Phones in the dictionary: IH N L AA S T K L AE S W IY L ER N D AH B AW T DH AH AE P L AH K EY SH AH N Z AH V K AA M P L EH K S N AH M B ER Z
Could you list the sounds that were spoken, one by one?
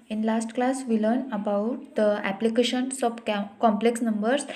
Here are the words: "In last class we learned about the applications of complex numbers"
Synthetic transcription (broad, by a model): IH N L AA S T K L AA S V IY L ER N AH B AW T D AH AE P L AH K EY SH AH N S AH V K AA M P L EH K S N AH M B ER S